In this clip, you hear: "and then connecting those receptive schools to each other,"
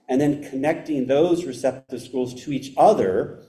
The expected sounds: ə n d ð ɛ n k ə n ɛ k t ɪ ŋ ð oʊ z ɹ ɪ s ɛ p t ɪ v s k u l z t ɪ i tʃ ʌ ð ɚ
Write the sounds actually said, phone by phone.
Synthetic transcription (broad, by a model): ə n ð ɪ n k ə n ɛ k t ɪ ŋ ð oʊ z ɹ ɪ s ɛ p t ɪ v s k u l z t ɪ i tʃ ʌ ð ɚ